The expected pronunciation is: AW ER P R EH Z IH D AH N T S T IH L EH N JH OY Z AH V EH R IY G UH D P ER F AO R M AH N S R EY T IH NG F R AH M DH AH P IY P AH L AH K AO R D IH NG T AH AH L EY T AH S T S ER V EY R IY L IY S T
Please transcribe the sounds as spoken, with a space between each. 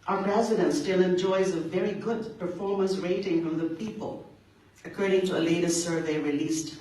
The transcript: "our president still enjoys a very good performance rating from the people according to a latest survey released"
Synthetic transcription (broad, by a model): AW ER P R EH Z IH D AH N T S T IH L EH N JH OY Z AH V EH R IY G UH D P ER F AO R M AH N S R EY T IH NG F R AH M DH AH P IY P AH L AH K AO R D IH NG T AH AH L EY T AH S T S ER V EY R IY L IY S T